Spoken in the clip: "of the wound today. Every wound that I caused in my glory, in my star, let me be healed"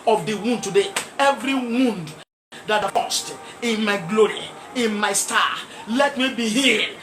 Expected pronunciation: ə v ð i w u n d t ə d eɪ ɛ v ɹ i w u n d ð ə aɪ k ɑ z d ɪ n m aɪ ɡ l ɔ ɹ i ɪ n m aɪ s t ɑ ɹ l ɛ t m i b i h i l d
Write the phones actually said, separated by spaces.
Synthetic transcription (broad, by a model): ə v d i w u n d t ə d eɪ ɛ v ɹ i w u n d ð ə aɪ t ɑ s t ɪ n m aɪ ɡ l ɔ ɹ i ɪ n m aɪ s t ɑ l ɛ t m i b i h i